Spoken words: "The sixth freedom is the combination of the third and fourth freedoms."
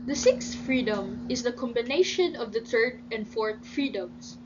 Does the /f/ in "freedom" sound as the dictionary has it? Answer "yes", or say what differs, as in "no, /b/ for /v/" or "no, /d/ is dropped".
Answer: yes